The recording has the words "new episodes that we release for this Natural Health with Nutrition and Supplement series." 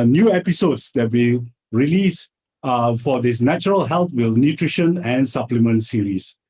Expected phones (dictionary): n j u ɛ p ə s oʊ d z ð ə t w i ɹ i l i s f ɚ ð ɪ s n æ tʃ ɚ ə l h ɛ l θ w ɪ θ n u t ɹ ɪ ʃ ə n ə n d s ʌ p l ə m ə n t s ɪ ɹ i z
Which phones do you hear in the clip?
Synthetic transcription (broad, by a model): n j u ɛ p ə s oʊ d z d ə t w i ɹ i l i s f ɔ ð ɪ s n æ tʃ ɚ ə l h ɛ l t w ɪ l n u t ɹ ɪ ʃ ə n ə n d s ʌ p l ə m ə n t s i ɹ i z